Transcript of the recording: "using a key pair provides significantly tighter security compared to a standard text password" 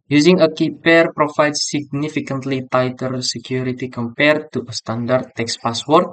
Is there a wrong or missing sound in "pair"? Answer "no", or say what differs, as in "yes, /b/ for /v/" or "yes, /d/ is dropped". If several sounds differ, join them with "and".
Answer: no